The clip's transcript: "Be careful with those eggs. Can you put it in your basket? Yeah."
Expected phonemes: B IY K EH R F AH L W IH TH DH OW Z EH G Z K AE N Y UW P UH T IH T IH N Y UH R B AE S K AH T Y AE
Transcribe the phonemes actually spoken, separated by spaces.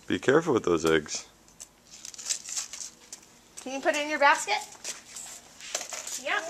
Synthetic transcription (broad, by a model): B IY K EH R F L W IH DH OW Z EH G Z K AE N Y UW P UH T IH T IH N Y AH R B AE S K AH T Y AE